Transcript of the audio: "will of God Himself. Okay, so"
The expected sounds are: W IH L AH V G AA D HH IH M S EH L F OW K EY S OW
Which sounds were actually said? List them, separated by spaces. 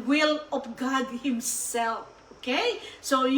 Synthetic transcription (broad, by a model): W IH L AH P G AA D HH IH M S EH L F OW K EY S OW